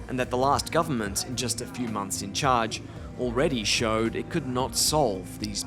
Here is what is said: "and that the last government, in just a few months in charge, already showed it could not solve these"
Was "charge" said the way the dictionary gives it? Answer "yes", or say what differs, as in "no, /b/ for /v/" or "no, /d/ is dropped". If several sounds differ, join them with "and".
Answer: yes